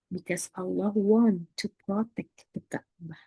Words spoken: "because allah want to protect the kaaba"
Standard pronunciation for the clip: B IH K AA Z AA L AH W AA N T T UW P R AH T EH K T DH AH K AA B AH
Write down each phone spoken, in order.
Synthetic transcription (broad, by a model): B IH K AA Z AA L AH W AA N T T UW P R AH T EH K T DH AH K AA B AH